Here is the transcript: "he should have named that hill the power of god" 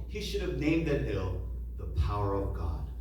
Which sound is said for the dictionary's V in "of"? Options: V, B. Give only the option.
V